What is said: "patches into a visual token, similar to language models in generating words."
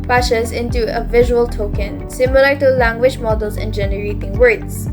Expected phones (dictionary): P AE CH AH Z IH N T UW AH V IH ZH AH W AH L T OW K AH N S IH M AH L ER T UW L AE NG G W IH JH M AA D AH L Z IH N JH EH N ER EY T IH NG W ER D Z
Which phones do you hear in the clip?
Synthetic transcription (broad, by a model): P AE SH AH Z IH N T UW AH V IH ZH AH W AH L T OW K AH N S IH M AH L ER T UW L AE NG G W IH JH M AA D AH L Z IH N JH EH N ER EY T IH NG W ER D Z